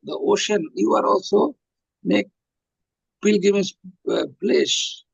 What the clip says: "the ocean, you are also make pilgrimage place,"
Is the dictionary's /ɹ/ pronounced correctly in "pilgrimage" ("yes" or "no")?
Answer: no